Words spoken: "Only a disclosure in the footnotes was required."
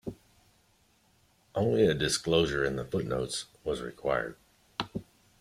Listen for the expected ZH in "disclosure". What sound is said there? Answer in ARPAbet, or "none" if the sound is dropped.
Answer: ZH